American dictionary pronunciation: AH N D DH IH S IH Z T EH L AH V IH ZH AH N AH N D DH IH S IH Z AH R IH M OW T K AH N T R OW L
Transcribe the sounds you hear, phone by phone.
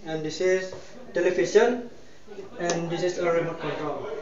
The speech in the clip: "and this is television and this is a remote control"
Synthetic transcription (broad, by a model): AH N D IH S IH S T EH L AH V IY SH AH N AH N D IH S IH S AH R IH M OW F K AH N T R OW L